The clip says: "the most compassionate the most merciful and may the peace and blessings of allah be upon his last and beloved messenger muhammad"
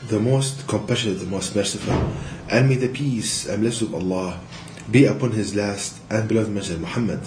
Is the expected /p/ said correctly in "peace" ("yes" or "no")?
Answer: yes